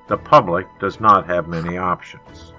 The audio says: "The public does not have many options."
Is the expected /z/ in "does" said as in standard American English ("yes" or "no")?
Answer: yes